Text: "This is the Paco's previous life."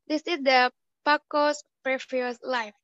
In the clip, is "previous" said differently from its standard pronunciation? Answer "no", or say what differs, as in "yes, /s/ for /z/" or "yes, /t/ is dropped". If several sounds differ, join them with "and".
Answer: yes, /f/ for /v/